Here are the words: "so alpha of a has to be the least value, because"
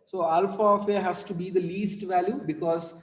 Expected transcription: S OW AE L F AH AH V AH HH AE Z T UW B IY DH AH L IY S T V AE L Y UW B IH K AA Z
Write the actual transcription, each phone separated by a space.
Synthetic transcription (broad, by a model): S OW AE L F AH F AH HH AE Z T UW B IY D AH L IY S T V AE L Y UW B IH K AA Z